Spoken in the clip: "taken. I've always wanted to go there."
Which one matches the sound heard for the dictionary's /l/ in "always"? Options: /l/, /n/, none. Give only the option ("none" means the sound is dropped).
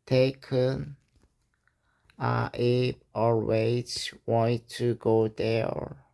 none